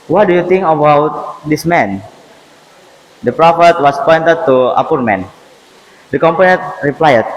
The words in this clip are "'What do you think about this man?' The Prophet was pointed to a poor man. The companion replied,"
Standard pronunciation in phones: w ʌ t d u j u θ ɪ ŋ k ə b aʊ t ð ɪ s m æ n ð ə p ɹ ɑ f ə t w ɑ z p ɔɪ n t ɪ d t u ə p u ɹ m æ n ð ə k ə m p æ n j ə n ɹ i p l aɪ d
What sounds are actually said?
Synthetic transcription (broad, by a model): w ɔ t d u j u t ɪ ŋ k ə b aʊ t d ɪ s m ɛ n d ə p ɹ ɑ f ə t w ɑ s p ɔɪ n t ɪ d t u ə p u ɹ m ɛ n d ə k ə m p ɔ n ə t ɹ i p l aɪ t